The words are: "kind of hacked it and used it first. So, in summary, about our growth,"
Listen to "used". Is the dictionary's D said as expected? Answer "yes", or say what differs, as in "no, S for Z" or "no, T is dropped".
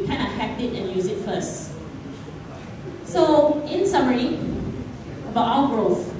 no, D is dropped